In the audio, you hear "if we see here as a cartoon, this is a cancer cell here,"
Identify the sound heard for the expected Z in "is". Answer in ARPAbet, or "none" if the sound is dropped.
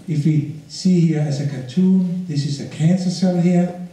S